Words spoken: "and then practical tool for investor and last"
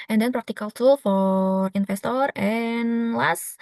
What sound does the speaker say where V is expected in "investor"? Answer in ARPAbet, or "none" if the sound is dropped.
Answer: F